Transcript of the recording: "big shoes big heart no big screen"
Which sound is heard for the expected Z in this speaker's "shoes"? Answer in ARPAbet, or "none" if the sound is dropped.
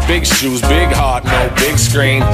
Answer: Z